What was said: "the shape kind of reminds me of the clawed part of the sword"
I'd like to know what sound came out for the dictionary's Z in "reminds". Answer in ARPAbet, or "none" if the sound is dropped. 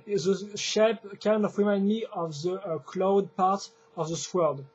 none